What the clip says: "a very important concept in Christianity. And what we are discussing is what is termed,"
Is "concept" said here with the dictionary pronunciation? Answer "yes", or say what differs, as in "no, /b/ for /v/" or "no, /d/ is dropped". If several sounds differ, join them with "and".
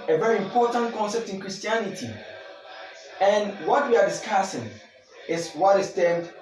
yes